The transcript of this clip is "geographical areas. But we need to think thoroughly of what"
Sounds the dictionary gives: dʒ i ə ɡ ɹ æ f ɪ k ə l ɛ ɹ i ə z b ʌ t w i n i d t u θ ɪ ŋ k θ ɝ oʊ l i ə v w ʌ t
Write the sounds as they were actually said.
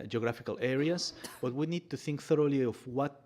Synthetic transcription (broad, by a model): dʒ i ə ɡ ɹ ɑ f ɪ k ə l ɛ ɹ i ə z b ʌ t w i n i d t u θ ɪ ŋ k θ ɝ oʊ l i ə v w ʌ t